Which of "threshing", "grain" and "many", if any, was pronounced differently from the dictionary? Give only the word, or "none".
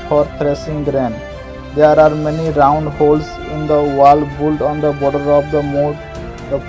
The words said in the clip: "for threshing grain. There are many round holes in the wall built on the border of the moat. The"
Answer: threshing